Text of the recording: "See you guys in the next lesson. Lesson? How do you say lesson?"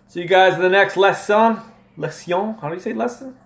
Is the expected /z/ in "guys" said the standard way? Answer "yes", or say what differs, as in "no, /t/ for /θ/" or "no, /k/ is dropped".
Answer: yes